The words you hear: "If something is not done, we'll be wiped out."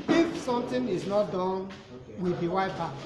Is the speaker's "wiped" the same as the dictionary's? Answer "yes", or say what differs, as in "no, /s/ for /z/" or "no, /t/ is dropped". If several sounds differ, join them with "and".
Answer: no, /t/ is dropped